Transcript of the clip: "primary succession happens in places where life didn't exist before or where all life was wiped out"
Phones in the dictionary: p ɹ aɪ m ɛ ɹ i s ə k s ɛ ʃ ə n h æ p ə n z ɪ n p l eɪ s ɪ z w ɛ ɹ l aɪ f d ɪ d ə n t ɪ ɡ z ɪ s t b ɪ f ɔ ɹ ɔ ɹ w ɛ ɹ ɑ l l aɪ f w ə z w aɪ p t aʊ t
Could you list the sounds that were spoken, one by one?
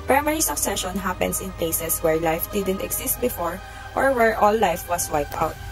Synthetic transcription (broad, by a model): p ɹ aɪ m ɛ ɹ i s ə k s ɛ ʃ ə n h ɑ p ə n s ɪ n p l eɪ s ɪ s w ɛ ɹ l aɪ f d ɪ d ə n t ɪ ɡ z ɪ s t b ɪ f ɔ ɹ ɔ ɹ w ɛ ɹ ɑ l l aɪ f w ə s w aɪ p t aʊ t